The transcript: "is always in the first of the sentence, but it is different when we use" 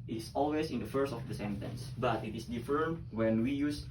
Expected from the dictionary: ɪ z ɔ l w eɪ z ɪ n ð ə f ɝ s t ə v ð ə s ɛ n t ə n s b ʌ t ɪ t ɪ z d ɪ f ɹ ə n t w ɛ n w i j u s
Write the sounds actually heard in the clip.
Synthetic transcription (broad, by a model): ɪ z ɔ l w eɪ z ɪ n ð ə f ɝ s t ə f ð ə s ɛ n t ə n s b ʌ t ɪ t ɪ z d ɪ f ə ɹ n w ɛ n w i j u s